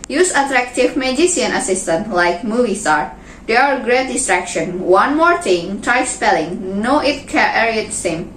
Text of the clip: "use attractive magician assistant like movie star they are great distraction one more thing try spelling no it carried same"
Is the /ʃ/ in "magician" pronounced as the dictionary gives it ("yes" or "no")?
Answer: no